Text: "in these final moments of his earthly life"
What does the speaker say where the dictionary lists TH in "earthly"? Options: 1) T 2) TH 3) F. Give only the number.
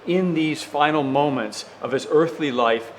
2